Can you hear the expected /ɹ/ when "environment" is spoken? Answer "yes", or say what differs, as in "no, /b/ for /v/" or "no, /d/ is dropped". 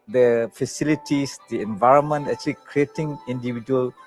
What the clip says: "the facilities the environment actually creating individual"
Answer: yes